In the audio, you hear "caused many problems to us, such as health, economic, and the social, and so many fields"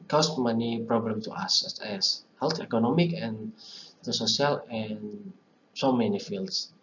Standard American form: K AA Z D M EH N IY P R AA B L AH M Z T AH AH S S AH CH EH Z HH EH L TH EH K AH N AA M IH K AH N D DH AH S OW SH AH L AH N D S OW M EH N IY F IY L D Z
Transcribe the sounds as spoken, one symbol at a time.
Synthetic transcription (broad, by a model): K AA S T M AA N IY P R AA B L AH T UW T AH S S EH S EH S HH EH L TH EH K AH N AA M IH K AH N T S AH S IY AH L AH N S OW M EH N IY F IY L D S